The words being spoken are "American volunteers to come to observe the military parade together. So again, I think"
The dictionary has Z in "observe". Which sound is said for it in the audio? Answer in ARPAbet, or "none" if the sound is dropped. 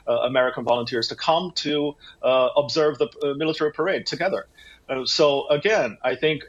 Z